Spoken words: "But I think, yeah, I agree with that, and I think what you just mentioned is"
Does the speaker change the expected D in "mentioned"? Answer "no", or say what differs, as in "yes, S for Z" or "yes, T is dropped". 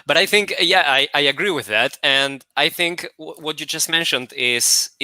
no